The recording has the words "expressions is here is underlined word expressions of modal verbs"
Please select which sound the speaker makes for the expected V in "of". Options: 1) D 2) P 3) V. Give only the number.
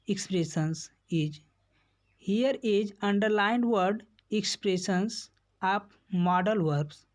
2